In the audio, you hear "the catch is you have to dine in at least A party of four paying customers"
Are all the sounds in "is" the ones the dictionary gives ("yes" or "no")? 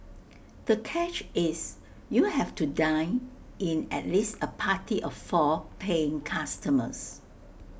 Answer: no